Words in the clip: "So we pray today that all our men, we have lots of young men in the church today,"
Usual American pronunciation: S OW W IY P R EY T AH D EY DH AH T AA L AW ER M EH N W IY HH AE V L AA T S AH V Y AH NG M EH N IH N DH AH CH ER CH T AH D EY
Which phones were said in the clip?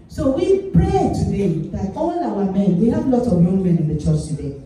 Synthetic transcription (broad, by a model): S OW W IY P R EY T AH D EY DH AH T AA L AW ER M EH N W IY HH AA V L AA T AH V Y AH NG M EH N IH N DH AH CH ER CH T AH D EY